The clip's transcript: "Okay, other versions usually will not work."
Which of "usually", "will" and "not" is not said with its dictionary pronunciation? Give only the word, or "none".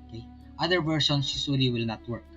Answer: usually